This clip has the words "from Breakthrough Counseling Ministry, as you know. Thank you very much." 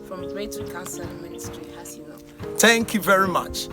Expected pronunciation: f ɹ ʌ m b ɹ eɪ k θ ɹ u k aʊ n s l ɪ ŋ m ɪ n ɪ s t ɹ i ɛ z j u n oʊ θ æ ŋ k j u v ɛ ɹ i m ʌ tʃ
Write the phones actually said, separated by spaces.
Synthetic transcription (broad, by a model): f ɹ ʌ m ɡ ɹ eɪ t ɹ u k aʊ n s ɪ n m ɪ n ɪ s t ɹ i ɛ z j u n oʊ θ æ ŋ k j u v ɛ ɹ i m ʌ tʃ